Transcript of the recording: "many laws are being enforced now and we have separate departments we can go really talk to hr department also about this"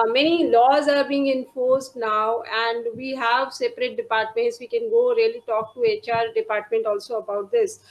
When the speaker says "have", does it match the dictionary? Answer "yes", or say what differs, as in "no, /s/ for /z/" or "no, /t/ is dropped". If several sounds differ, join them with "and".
yes